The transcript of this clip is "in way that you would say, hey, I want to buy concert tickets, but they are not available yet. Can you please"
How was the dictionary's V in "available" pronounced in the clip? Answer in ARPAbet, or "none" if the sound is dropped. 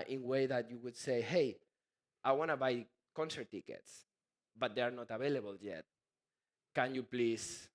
B